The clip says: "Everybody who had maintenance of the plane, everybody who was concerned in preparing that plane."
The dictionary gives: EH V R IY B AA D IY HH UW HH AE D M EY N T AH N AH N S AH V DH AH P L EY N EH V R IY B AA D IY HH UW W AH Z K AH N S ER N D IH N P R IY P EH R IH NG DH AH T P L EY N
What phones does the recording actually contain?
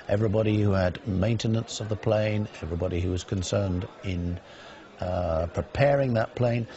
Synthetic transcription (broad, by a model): EH V R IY B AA D IY HH UW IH D M EY N T AH N AH N S AH V DH AH P L EY N EH V R IY B AA D IY HH UW W AH Z K AH N S ER N D IH N P R IY P EH R IH NG DH AH T P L EY N